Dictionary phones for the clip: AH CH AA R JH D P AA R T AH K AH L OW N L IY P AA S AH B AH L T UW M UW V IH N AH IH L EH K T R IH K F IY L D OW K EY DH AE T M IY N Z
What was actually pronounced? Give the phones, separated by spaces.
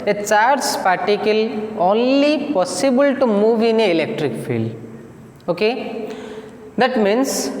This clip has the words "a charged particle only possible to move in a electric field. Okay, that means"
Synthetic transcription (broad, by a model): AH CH AA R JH P AA R T AH K AH L OW N L IY P AA S AH B AH L T UW M UW V IH N AH IH L EH K T R IH K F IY L OW K EY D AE T M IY N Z